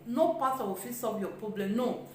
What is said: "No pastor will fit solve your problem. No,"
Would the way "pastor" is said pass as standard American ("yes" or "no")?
no